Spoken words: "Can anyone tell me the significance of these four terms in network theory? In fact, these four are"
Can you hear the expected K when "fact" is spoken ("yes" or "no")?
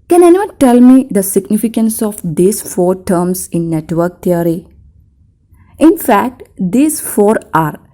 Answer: yes